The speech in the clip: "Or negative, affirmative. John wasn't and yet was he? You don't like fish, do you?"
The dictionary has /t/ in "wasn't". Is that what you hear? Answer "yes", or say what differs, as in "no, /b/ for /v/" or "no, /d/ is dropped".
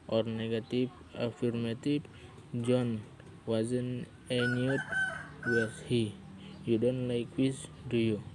no, /t/ is dropped